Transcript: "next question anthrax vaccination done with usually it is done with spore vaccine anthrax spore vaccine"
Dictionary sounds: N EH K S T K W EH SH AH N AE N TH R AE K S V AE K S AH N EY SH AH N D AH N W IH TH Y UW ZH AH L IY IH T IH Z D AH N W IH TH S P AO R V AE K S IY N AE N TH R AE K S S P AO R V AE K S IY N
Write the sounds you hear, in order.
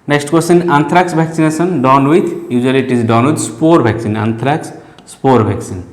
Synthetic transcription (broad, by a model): N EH K S T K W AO S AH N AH N T R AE K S B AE K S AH N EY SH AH N D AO N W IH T Y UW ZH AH L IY T IH Z D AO N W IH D S P AO R B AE K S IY N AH N T R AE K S S P AO R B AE K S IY N